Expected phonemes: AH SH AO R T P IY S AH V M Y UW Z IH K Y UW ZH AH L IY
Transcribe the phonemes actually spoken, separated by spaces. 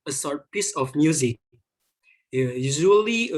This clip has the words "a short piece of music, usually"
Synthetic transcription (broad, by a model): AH S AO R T P IY S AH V M Y UW Z IH K Y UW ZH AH L IY